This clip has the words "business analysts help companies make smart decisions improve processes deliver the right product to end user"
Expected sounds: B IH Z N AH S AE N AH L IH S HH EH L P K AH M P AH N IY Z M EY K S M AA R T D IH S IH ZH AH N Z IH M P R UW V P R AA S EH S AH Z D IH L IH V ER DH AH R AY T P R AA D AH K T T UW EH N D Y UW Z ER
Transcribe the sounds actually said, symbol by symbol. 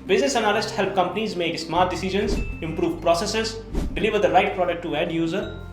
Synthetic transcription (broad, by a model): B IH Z N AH S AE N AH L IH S HH EH L P K AH M P AH N IY Z M EY K S M AA R T D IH S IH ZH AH N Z IH M P R UW V P R AA S EH S AH Z D IH L IH V ER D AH R AY T P R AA D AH K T T UW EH D Y UW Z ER